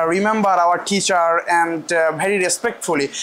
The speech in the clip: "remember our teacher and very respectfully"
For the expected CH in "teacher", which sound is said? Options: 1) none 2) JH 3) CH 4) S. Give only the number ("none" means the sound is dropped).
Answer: 3